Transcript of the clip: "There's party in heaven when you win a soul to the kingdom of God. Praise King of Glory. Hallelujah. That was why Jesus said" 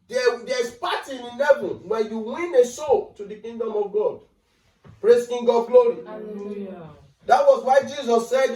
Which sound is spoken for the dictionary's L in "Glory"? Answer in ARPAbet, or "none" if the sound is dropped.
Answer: none